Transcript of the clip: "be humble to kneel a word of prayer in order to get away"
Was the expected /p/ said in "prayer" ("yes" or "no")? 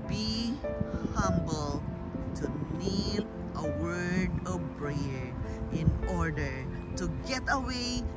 no